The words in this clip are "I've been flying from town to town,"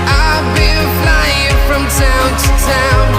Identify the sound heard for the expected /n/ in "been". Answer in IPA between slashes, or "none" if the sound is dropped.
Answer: /l/